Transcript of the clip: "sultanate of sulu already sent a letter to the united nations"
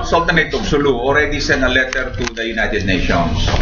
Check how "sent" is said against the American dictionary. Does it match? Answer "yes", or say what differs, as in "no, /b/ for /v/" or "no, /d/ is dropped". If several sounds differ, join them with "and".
no, /t/ is dropped